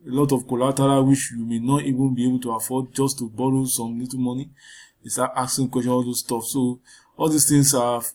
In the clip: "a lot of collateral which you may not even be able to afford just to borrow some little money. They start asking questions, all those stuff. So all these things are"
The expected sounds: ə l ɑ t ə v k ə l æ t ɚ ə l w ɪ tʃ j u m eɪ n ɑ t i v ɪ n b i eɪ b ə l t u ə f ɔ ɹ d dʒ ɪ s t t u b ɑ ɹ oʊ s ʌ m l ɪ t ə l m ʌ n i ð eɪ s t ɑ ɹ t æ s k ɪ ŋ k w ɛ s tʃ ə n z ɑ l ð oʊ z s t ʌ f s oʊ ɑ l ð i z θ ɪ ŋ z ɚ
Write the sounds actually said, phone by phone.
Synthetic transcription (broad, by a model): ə l ɑ t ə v k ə l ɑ t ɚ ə w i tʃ j u m eɪ n ɑ t i v ɪ n b i eɪ b ə l t u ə f ɔ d dʒ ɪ s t t u b ɑ ɹ oʊ s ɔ m l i t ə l m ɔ n i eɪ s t ɑ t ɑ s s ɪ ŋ k w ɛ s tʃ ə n ɑ l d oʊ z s t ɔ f s oʊ ɑ l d i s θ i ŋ s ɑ